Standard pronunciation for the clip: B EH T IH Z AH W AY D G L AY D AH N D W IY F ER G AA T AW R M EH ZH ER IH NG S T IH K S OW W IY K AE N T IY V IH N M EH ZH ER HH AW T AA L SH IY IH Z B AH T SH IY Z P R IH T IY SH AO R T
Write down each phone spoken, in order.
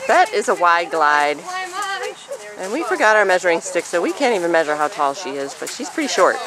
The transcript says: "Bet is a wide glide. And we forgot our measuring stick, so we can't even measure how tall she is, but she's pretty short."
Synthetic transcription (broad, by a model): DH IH T IH Z AH W AY D G L AY D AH N W IY F ER G AA T AW R M EH ZH ER IH NG S T IH K S OW W IY K AE N T IY V IH N M EH ZH ER HH AW T AA L SH IY IH Z B AH T SH IY Z P R IH T IY SH AO R T